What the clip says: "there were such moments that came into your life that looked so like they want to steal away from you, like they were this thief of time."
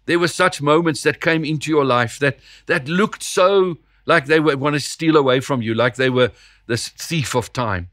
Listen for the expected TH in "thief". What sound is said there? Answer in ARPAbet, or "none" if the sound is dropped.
TH